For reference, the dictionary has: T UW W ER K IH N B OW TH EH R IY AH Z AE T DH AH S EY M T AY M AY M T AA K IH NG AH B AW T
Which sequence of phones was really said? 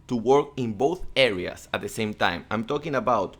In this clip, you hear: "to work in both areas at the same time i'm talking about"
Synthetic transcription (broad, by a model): T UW W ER K IH N B OW TH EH R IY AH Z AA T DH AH S EY M T AY M AY M T AA K IH NG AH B AW T